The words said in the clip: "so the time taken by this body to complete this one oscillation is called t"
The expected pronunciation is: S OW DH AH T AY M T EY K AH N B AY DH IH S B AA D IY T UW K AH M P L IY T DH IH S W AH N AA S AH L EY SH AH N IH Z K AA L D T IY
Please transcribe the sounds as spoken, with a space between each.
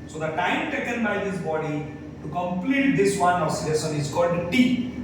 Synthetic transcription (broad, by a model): S OW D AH T AY M T EY K AH N B AY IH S B AA D IY T UW K AH M P L IY T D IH S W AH N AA S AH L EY S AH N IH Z K AA L D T IY